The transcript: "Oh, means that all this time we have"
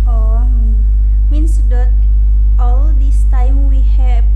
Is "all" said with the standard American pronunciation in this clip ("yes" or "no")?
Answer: yes